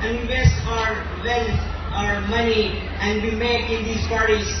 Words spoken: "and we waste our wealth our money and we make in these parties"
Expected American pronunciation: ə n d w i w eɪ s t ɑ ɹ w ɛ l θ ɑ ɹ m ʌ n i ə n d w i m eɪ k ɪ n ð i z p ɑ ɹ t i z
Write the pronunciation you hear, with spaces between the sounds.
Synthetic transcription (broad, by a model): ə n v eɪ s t ɑ ɹ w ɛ l f ɑ ɹ m ʌ n i ə n d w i m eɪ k ɪ n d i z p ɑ ɹ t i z